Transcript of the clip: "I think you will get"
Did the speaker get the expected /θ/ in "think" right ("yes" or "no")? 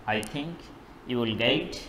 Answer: no